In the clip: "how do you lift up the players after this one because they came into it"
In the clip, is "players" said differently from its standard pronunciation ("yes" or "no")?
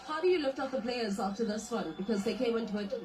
no